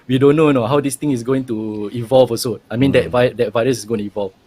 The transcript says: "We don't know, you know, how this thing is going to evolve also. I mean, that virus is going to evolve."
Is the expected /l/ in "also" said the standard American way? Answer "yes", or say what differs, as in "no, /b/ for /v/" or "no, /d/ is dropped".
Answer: no, /l/ is dropped